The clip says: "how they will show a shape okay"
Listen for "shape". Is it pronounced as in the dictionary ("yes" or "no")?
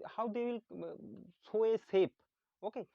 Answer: no